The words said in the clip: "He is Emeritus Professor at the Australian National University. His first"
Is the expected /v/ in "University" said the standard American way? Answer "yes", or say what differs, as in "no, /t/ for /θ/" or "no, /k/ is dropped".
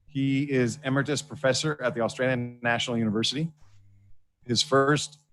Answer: yes